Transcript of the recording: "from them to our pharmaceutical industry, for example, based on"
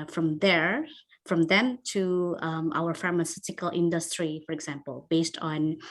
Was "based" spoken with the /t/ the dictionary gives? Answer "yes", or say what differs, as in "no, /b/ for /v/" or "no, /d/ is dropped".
yes